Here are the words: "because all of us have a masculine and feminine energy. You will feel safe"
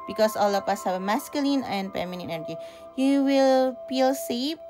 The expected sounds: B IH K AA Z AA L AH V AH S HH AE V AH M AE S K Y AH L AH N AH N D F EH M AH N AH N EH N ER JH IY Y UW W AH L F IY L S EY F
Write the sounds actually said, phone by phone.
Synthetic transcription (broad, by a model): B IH K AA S AA L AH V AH S HH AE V M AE S K Y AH L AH N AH N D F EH M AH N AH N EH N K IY Y UW W AH L F IY L S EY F